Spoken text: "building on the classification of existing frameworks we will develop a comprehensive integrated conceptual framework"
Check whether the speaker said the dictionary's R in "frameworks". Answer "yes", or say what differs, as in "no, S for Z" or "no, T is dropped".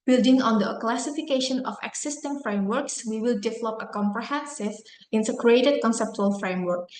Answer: yes